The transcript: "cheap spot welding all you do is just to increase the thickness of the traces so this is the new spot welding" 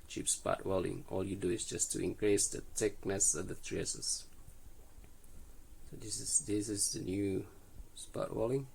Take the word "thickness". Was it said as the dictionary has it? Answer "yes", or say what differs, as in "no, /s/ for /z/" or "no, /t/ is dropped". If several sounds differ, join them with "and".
no, /t/ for /θ/